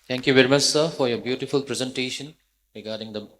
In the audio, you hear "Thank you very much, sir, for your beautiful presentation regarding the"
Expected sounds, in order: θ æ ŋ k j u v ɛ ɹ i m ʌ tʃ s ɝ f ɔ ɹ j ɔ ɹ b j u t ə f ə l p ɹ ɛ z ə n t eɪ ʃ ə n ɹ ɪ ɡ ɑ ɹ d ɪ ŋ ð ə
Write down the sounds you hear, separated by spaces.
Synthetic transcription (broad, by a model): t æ ŋ k j u v ɛ ɹ i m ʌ s s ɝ f ɔ ɹ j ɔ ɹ b j u t ə f ə l p ɹ ɛ z ə n t eɪ ʃ ə n ɹ ɪ ɡ ɑ ɹ d ɪ ŋ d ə